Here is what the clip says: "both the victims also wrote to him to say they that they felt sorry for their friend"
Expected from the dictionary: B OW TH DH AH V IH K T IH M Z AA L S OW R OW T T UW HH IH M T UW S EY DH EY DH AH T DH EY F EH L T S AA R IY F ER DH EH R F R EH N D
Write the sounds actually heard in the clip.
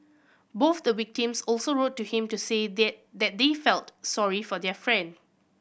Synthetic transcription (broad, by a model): B OW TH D AH W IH K T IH M S AA L S OW R OW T T UW HH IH M T UW S EY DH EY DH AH T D EY F EH L T S AA R IY F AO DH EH F R EH N D